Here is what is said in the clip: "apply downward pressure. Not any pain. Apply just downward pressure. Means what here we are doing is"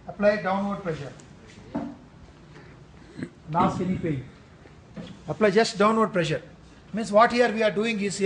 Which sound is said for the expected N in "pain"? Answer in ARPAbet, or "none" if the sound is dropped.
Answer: none